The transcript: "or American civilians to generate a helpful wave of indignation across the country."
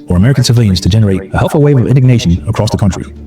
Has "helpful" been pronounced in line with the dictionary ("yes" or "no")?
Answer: no